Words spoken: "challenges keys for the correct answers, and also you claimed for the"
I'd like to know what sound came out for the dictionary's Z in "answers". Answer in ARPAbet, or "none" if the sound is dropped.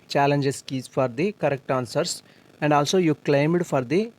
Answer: S